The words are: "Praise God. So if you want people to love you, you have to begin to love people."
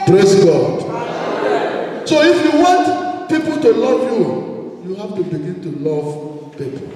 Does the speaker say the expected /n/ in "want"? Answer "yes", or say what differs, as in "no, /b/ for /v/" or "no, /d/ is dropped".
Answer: yes